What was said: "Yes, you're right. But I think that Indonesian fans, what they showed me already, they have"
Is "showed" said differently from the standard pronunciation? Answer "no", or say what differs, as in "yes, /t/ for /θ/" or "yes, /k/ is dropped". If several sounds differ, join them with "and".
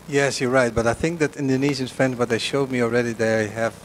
no